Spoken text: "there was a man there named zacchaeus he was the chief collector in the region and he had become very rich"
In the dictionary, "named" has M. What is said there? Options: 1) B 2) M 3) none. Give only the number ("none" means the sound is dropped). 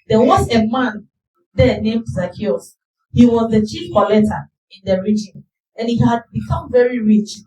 2